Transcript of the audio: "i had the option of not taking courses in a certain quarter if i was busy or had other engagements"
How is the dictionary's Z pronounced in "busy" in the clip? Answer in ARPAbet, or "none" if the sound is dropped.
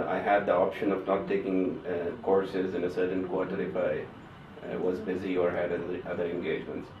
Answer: Z